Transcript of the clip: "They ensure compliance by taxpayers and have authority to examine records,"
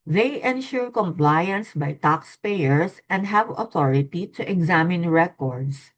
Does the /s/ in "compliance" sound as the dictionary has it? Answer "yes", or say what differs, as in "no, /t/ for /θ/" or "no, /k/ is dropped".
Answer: yes